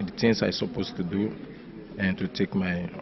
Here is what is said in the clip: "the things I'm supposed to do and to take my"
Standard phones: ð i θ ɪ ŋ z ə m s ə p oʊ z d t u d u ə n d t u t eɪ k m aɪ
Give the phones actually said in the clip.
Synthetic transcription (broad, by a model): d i t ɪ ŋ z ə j s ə p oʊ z t u d u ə n t u t eɪ k m aɪ